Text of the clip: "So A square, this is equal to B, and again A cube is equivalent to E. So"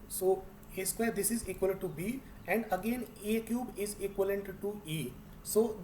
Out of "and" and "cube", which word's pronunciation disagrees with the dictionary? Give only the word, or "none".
none